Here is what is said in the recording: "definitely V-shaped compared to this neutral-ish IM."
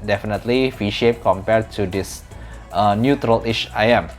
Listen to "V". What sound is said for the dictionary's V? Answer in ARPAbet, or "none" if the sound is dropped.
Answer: F